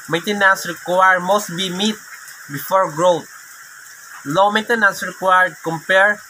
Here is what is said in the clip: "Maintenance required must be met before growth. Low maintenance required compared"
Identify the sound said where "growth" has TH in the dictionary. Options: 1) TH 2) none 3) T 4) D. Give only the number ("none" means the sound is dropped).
3